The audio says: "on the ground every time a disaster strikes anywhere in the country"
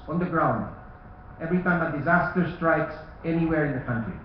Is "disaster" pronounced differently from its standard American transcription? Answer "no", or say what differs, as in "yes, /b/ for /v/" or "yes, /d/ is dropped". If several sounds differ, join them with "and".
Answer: no